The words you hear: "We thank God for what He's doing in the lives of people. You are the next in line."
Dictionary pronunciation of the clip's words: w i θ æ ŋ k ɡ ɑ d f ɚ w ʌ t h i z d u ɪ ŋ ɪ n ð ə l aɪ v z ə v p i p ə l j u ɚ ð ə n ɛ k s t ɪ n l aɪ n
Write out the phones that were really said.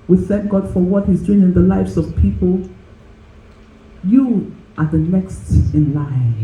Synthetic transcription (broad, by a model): w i θ æ ŋ k ɡ ɑ d f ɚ w ʌ t h i z d u ɪ ŋ ɪ n ð ə l aɪ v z ə v p i p ə l j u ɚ ð ə n ɛ k s t ɪ n l aɪ